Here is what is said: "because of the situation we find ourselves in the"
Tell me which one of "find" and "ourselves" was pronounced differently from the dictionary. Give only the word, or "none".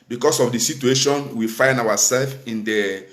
ourselves